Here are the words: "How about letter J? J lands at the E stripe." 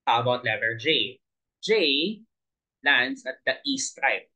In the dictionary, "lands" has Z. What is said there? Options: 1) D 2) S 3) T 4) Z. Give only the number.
2